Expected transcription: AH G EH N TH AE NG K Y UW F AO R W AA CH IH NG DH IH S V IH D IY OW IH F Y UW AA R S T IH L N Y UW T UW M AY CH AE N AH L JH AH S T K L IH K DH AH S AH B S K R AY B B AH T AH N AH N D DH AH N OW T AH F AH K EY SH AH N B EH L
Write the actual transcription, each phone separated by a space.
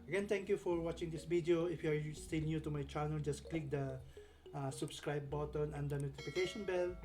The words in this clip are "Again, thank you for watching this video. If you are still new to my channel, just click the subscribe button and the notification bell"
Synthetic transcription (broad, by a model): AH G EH N T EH NG K Y UW F AO R W AA CH IH NG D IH S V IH D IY OW IH F Y UW AA R S T IH L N Y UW T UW M AY CH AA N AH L JH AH S K L IH K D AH S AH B S K R AY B B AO T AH N AH N D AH N OW T AH F AH K EY SH AH N B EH L